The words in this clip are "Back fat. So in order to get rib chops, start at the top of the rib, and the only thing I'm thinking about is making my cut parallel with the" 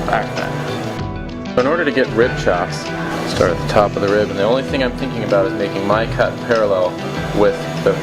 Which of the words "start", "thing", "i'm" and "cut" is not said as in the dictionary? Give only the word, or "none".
none